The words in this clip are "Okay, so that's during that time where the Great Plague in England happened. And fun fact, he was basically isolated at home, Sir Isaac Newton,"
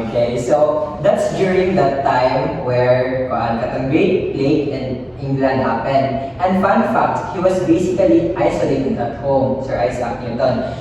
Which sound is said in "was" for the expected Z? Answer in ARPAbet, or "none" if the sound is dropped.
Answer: S